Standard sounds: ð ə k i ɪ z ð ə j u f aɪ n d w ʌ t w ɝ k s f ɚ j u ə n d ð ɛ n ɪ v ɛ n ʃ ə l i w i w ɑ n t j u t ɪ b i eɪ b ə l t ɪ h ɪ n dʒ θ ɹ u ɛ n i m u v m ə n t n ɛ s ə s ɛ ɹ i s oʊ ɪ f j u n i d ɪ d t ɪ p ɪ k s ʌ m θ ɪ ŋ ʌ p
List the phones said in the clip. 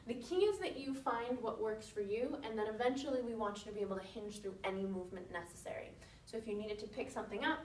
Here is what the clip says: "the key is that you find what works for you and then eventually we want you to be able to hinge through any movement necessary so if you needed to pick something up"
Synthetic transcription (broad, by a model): ð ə k i ɪ z ð ə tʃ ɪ f aɪ n d w ʌ t w ɝ k s f ɚ j u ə n ð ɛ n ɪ v ɛ n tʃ l i w i w ɑ n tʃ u t ɪ b i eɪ b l t ɪ h ɪ n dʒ θ ɹ u ɛ n i m u v m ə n n ɛ s ə s ɛ ɹ i s oʊ ɪ f j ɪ n i d ɪ d t ɪ p ɪ k s ʌ m θ ɪ ŋ ʌ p